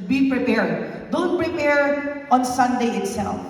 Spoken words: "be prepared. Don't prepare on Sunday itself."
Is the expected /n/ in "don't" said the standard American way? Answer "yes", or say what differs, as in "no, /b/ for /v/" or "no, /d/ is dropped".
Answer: no, /l/ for /n/